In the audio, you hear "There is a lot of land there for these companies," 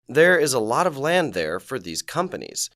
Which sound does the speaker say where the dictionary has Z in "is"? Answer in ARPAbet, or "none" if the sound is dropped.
Z